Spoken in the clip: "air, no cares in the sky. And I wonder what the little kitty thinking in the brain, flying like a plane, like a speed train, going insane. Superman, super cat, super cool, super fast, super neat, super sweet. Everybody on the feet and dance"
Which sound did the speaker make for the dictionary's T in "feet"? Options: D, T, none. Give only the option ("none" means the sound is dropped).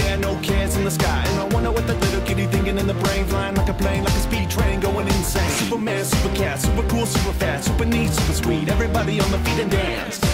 T